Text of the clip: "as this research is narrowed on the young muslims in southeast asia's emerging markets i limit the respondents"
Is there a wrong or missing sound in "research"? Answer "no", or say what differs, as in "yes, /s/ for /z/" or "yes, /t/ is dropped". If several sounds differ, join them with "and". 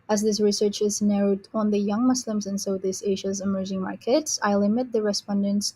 no